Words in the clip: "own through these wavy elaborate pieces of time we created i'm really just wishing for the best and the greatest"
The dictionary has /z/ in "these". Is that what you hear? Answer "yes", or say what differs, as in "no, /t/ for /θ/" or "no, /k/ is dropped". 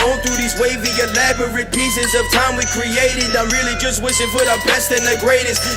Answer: yes